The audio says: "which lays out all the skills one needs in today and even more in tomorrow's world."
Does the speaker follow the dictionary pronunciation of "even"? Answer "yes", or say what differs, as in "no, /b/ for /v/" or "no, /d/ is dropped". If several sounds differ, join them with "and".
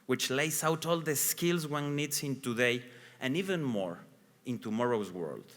yes